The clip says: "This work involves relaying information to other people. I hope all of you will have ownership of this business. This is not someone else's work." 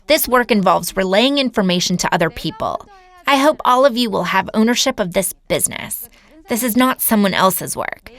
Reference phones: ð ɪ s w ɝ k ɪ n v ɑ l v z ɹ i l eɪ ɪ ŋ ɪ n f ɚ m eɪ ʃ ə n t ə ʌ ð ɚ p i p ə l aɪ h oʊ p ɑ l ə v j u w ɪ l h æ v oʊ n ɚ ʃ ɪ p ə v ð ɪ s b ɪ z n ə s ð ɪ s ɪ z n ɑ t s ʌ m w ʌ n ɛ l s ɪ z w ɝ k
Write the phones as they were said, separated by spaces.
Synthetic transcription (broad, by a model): ð ɪ s w ɝ k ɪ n v ɑ l v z ɹ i l eɪ ɪ ŋ ɪ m f ɚ m eɪ ʃ n t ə ʌ ð ɚ p i p ə l aɪ h oʊ p ɑ l ə v j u w ɪ l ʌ v oʊ n ɚ ʃ ɪ p ə v ð ɪ s b ɪ z n ə s ð ɪ s ɪ z n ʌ t s ʌ m w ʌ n ɛ l s ɪ z w ɝ k